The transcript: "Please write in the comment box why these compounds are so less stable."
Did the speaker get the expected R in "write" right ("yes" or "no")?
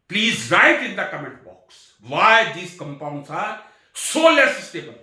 yes